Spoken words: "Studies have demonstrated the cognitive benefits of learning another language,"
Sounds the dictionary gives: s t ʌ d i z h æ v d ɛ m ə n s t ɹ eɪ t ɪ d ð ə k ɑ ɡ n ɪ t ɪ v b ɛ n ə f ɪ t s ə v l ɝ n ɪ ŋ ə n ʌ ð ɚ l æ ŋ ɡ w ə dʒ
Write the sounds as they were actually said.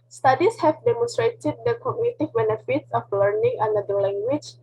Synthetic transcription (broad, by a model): s t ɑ d i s h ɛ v d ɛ m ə n s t ɹ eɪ t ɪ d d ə k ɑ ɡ n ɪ t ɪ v b ɛ n ə f ɪ t s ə f l ɝ n ɪ ŋ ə n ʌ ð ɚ l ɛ ŋ ɡ w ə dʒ